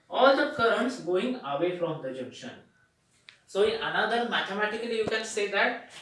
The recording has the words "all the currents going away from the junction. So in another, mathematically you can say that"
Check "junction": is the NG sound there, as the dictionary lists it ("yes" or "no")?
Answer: no